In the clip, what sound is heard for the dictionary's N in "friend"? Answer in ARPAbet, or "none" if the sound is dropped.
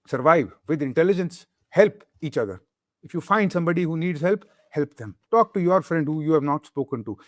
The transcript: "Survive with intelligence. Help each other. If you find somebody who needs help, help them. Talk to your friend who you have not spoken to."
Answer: N